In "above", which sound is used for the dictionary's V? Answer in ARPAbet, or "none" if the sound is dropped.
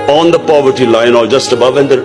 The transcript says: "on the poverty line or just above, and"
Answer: V